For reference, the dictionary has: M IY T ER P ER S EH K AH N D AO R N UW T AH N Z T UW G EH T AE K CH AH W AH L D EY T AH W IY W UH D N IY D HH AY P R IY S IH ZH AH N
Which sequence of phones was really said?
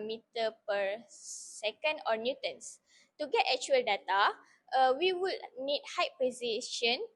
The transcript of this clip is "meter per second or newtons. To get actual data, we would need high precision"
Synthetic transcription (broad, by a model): M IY T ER P ER S EH K AH N D AO R N UW T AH N S T UW G EH T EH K CH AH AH L D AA T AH W IY W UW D N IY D HH AY P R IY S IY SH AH N